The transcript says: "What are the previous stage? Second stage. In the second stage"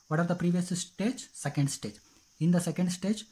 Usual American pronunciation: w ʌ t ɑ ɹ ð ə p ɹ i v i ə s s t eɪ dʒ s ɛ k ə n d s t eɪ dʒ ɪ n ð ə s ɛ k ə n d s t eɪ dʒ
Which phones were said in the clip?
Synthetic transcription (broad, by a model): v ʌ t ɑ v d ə p ɹ i v i ə s s t eɪ dʒ s ɛ k ə n d s t eɪ dʒ ɪ n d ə s ɛ k ə n d s t eɪ dʒ